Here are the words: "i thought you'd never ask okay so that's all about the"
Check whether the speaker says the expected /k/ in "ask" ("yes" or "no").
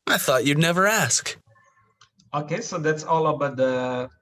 yes